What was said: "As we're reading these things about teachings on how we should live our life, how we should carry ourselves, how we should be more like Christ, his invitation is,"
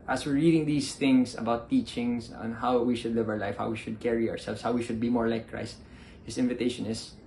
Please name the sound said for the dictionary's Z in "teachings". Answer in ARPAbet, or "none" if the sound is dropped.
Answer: S